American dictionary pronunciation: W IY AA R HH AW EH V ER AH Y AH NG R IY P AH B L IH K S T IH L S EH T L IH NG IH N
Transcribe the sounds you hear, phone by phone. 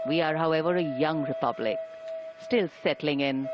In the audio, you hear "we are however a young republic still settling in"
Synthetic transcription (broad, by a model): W IY AA R HH AW EH V ER AH Y AH NG R IY P AH B L IH K S T IH L S EH T L IH NG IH N